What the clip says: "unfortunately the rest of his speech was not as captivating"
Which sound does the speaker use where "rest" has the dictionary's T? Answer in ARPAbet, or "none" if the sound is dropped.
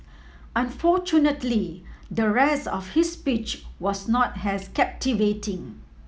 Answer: none